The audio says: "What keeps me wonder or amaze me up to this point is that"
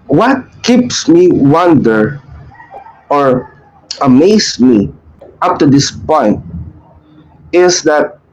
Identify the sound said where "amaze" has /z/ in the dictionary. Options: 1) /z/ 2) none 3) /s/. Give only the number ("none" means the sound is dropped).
3